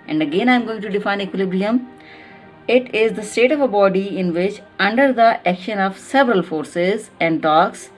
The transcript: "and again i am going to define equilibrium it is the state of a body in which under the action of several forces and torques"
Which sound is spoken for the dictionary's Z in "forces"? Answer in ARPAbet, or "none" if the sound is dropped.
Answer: Z